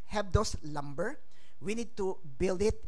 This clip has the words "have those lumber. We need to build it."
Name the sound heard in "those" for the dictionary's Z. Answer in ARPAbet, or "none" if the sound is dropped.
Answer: S